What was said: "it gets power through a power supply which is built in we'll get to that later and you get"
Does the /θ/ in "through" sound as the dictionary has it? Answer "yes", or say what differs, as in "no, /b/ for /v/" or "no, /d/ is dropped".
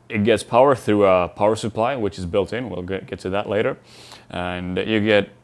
yes